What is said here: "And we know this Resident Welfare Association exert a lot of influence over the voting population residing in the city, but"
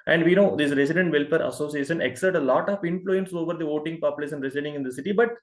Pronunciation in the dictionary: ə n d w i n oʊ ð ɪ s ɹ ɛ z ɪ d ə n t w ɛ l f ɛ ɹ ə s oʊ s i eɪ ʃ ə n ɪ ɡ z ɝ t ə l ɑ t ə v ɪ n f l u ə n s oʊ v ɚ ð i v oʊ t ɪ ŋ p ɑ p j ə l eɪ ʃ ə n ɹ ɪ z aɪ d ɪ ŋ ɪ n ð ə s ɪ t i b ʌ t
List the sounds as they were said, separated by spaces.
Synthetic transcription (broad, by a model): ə n d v i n oʊ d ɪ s ɹ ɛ s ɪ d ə n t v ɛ l p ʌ ɹ ə s oʊ s i eɪ ʃ ə n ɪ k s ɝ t ə l ɑ t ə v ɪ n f l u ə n s oʊ v ɚ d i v oʊ t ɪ ŋ p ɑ p j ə l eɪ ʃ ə n ɹ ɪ s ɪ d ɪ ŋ ɪ n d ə s ɪ t i b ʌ t